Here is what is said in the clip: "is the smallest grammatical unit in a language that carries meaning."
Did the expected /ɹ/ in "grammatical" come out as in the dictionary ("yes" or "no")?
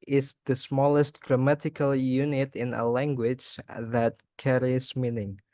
yes